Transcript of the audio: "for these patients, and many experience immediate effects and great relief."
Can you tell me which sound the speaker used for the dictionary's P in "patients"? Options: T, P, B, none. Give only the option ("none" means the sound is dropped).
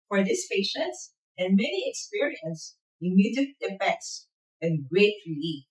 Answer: P